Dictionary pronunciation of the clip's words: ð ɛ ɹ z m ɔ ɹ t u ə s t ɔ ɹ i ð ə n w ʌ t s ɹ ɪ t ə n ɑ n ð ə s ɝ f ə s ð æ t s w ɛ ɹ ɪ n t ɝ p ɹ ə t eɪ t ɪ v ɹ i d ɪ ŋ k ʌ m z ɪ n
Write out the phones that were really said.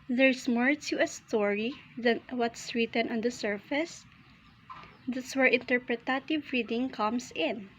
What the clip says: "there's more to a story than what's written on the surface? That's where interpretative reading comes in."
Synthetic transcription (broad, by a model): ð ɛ ɹ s m ɔ ɹ t u ə s t ɔ ɹ i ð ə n w ʌ t s ɹ ɪ t ə n ɑ n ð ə s ɝ f ə s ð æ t s w ɛ ɹ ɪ n t ɝ p ɹ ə t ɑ t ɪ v ɹ i d ɪ ŋ k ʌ m s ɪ n